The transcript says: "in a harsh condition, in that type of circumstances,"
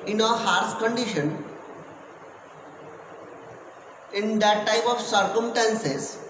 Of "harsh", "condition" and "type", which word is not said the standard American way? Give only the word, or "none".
harsh